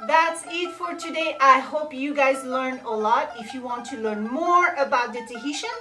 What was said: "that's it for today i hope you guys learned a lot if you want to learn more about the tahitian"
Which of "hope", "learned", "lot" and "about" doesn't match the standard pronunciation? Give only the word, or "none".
learned